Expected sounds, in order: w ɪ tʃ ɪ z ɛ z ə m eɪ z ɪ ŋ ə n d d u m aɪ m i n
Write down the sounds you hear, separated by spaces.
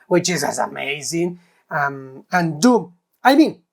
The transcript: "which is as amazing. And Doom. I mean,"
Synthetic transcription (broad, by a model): w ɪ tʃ ɪ z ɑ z ə m eɪ z ɪ ŋ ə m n d u m aɪ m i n